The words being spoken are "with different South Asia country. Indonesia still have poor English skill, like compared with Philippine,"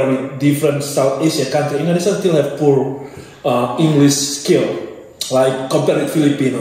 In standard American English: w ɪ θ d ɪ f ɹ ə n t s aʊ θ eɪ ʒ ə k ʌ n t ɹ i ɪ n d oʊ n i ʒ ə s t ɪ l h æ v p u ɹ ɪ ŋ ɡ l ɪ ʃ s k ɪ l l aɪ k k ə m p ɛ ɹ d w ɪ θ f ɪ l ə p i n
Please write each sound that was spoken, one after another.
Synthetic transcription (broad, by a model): w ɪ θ d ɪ f ɹ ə n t s aʊ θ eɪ ʃ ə k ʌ n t ɹ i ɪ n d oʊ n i s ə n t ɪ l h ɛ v p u ɹ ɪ ŋ ɡ l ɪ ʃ s k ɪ l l aɪ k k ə m p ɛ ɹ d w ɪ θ f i l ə p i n